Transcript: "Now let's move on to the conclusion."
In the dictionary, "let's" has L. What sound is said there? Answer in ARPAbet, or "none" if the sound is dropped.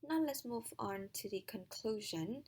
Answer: L